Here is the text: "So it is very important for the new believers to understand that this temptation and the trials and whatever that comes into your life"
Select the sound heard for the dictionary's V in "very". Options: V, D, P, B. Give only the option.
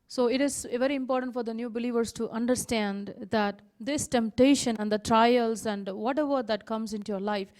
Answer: V